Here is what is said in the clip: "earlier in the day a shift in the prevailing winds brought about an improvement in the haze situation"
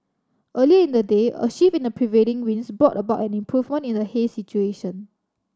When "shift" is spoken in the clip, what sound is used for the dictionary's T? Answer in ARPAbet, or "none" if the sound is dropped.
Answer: none